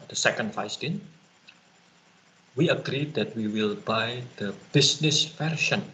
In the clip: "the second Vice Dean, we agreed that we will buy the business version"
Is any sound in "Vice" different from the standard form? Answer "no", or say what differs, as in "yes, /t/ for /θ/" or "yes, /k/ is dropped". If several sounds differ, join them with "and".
yes, /f/ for /v/